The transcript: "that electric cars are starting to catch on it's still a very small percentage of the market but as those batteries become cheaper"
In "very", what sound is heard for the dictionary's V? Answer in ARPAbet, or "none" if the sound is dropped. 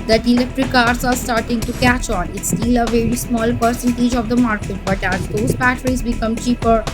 V